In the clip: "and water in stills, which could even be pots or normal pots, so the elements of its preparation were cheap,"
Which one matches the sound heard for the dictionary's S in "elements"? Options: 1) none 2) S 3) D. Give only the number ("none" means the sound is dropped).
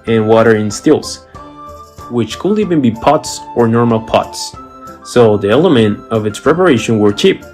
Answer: 1